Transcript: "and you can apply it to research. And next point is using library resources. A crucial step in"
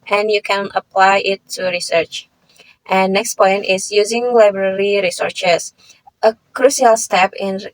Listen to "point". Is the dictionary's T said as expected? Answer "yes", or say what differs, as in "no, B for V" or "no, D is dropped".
yes